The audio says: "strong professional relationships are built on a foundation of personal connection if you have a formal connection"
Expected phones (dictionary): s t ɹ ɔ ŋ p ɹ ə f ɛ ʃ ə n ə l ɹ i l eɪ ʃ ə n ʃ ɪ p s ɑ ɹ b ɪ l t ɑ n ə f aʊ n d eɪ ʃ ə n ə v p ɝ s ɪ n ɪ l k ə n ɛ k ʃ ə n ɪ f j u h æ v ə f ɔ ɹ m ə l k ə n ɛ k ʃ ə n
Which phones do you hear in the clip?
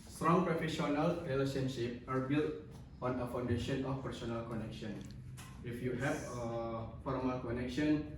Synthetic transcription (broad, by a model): s t ɹ ɔ ŋ p ɹ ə f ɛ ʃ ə n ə l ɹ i l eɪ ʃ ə n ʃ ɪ p ɑ ɹ b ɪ l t ɑ n ə f aʊ n d eɪ ʃ ə n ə f p ɝ s ɪ n ɪ l k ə n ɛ k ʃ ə n ɪ f j u h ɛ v ə f ɔ ɹ m ə l k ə n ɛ k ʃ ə n